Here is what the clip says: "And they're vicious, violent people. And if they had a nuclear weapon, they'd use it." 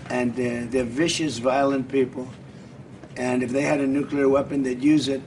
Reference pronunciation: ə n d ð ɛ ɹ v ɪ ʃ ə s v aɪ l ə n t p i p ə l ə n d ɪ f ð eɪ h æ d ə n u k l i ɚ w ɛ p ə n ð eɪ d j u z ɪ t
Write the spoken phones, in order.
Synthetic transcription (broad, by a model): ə n ð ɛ ɹ v ɪ ʃ ə s v aɪ l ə n p i p l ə n ɪ f ð eɪ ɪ d ə n u k l i ɚ w ɛ p ə n ð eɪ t j u z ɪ t